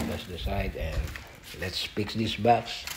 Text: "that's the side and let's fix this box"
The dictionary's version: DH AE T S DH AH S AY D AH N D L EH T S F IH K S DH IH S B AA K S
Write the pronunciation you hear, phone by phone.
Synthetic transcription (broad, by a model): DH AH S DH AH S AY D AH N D L EH T S P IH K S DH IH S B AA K S